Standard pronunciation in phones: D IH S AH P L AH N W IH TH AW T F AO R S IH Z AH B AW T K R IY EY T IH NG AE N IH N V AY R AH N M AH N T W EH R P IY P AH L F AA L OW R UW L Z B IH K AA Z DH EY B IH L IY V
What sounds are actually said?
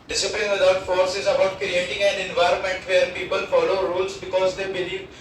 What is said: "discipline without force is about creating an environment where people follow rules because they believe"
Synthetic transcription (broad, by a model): D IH S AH P L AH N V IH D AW T F AO R S IH Z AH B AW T K R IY EY T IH NG AE N IH N V AY R AH N M AH N T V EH R P IY P AH L F AA L OW R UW L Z B IH K AA Z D EY B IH L IY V